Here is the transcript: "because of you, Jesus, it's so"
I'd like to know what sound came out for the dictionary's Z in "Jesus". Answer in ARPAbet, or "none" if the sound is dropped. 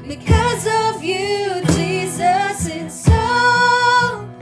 Z